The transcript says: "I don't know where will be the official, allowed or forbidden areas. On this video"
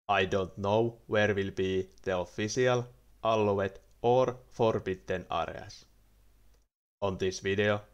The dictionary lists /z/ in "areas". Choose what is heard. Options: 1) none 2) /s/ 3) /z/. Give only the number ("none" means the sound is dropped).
2